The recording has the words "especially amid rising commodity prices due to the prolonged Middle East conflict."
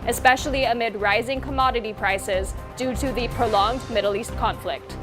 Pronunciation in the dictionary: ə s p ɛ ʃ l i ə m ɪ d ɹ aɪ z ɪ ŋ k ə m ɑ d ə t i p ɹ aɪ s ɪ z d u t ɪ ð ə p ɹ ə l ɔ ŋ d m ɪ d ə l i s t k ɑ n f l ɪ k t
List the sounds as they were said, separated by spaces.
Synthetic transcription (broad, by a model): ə s p ɛ ʃ l i ə m ɪ d ɹ aɪ z ɪ ŋ k ə m ɑ d ə t i p ɹ aɪ s ɪ z d u t ɪ ð ə p ɹ ə l ɔ ŋ d m ɪ d l i s t k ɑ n f l ɪ k t